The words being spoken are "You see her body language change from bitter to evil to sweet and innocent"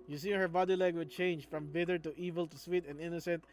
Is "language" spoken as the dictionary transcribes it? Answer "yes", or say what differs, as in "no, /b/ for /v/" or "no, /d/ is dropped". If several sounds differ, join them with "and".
no, /ŋ/ is dropped